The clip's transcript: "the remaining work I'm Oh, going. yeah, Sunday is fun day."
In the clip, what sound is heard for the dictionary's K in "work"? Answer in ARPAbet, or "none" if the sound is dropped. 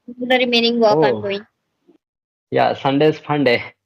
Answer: none